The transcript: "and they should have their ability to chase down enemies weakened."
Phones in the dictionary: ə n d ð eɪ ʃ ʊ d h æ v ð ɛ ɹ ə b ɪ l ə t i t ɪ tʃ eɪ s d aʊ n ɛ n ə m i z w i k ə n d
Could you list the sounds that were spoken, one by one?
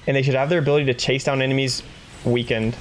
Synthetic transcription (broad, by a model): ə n ð eɪ ʃ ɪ d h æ v ð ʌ ɹ ə b ɪ l ə t i t ɪ tʃ eɪ s d aʊ n ɛ n ə m i z w i k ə n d